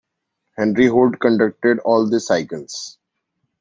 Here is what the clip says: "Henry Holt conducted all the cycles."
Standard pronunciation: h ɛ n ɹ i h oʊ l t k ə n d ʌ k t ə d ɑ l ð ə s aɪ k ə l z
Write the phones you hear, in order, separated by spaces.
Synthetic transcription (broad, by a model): h ɛ n ɹ i h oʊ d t k ə n d ʌ k t ə d ɑ l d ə s aɪ k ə l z